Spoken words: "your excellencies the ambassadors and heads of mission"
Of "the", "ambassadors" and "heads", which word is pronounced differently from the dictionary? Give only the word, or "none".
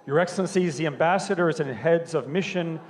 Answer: none